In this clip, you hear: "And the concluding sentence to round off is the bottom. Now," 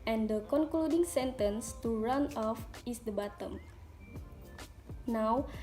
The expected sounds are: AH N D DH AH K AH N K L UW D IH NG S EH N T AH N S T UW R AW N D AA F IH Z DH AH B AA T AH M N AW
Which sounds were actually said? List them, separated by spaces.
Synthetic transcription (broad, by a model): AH N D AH K AH N K L UW D IH NG S EH N T AH N S T UW R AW N AA F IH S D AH B AA T AH M N AW